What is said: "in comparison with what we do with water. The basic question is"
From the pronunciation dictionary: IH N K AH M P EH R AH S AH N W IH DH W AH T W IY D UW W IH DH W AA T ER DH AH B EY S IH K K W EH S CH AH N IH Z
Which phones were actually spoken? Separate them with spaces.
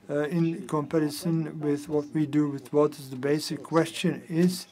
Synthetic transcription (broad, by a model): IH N K AH M P EH R AH S AH N W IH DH W AH T W IY D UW W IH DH W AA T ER DH AH B EY S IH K K W EH S CH AH N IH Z